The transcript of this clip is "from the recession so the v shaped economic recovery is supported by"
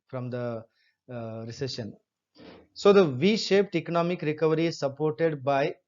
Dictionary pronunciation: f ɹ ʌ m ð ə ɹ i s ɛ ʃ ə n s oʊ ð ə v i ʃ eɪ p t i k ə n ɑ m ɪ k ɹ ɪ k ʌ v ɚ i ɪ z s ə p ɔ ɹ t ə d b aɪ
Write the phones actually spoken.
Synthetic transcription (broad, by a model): f ɹ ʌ m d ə ɹ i s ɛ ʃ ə n s oʊ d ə v i ʃ eɪ p t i k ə n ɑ m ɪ k ɹ ɪ k ʌ v ɚ i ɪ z s ə p ɔ ɹ t ə d b aɪ